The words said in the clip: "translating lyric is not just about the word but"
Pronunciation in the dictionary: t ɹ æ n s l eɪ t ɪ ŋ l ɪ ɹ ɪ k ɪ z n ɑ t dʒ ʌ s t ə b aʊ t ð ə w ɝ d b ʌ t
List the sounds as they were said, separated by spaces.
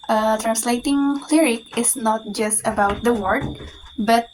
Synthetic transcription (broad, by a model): t ɹ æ n s l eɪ t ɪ ŋ l ɪ ɹ ɪ k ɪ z n ɑ t dʒ ʌ s t ə b aʊ t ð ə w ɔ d b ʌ t